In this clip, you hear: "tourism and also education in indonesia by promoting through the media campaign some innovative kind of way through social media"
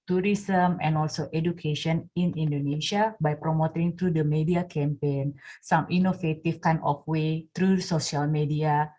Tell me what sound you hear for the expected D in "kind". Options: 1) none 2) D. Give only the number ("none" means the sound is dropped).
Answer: 1